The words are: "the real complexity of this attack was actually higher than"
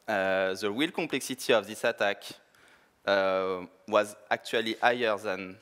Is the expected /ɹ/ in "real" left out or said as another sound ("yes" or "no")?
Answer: yes